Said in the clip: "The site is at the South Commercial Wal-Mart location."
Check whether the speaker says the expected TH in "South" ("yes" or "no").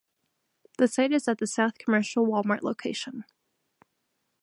yes